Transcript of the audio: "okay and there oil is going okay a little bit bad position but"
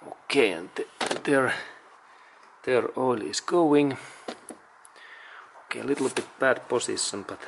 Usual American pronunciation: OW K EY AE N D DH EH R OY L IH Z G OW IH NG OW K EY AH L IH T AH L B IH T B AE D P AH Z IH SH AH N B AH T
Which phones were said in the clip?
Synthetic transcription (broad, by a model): OW K EY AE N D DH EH R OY L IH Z G OW IH NG OW K EY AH L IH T L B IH T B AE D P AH S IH S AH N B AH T